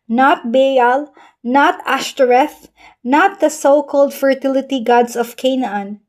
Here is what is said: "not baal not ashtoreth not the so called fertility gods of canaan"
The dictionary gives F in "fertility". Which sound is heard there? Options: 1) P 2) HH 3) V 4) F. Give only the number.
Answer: 4